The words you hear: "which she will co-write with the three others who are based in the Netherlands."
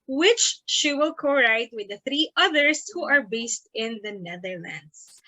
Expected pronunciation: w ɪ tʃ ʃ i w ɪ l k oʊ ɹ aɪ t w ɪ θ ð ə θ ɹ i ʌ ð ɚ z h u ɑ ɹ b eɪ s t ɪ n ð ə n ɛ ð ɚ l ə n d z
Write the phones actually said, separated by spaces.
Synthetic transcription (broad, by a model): w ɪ tʃ ʃ i w ɪ l k oʊ ɹ aɪ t w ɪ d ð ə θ ɹ i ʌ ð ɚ s h u ɑ ɹ b eɪ s t ɪ n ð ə n ɛ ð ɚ l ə n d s